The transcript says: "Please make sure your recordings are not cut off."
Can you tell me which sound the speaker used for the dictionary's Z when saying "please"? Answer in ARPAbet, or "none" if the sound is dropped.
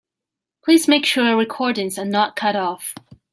Z